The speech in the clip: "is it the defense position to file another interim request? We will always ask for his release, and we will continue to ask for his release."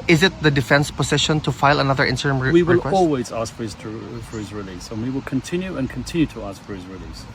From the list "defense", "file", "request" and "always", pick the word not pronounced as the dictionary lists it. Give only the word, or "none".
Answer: request